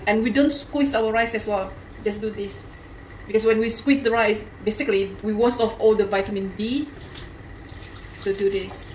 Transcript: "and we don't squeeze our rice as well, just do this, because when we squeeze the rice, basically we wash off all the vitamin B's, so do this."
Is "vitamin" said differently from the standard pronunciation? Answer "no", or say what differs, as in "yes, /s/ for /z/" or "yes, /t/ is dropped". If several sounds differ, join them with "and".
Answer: no